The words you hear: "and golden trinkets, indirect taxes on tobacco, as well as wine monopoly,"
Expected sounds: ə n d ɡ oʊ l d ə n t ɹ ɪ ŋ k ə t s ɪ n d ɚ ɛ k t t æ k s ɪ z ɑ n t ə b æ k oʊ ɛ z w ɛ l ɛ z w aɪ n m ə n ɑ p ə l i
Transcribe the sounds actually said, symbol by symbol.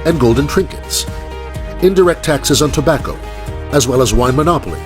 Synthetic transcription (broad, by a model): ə n ɡ oʊ l d n t ɹ ɪ ŋ k ə t s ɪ n d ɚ ɛ k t t æ k s ɪ z n t ə b æ k oʊ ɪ z w ɛ l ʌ z w aɪ n m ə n ɑ p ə l i